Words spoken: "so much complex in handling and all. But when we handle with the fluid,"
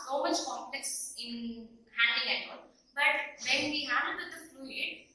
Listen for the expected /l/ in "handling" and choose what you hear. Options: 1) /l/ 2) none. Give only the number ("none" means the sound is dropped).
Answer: 2